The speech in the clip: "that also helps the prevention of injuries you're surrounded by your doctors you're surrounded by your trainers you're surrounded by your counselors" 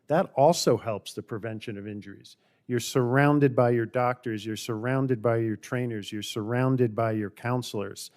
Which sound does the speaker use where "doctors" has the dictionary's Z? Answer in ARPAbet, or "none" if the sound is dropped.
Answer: Z